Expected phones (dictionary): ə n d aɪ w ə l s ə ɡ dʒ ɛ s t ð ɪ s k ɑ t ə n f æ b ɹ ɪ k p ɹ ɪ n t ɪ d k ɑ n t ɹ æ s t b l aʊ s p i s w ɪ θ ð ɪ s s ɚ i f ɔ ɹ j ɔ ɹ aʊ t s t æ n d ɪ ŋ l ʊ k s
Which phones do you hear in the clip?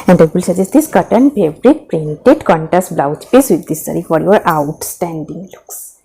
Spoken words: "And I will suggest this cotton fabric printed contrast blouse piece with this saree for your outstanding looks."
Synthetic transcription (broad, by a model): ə n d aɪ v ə l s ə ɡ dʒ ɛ s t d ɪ s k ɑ t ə n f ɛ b ɹ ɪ k p ɹ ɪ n t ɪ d k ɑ n t æ s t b l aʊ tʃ p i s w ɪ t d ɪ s s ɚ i f ɔ ɹ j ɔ ɹ aʊ t s t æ n d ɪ ŋ l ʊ k s